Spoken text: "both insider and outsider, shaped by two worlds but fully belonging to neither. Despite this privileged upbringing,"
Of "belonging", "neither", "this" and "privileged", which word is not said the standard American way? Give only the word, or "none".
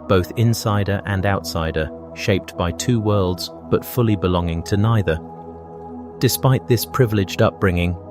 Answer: none